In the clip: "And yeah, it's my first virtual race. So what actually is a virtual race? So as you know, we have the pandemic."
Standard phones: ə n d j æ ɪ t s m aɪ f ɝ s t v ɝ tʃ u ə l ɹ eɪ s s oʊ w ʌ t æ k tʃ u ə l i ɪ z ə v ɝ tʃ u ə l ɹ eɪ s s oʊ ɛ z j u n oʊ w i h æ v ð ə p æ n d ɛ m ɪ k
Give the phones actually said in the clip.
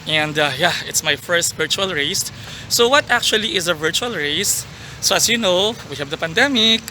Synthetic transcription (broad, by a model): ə n d j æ ɪ t s m aɪ f ɝ s t v ɝ tʃ u ə l ɹ eɪ s s oʊ w ʌ t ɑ k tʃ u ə l i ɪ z ə v ɝ tʃ u ə l ɹ eɪ s s oʊ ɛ s j u n oʊ w i h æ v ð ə p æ n d ɛ m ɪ k